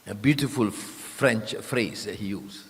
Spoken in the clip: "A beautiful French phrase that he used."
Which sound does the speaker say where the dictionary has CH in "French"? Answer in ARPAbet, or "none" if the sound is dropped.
CH